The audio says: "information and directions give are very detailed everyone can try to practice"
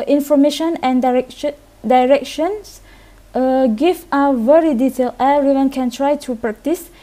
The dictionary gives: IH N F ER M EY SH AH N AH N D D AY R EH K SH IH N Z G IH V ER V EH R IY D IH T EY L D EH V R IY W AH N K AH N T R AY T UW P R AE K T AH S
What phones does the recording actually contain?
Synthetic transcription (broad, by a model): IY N F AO M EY SH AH N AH N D D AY R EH K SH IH N S G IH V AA V EH R IY D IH T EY L EH R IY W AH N K AH N T R AY T UW P R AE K T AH S